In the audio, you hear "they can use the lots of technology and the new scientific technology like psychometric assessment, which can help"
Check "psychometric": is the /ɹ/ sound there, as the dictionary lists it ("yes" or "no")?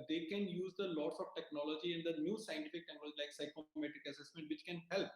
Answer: no